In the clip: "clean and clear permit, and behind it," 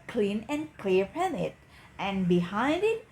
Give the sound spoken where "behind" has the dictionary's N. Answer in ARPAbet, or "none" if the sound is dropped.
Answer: N